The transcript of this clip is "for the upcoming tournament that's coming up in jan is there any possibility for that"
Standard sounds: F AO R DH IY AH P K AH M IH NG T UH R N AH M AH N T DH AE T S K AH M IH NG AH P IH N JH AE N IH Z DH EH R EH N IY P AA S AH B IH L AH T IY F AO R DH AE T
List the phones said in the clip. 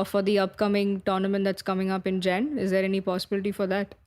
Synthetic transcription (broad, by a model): F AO R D IY AH P K AH M IH NG T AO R N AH M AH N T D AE T S K AH M IH NG AH P IH N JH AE N IH Z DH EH R EH N IY P AA S AH B IH L AH T IY F AO R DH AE T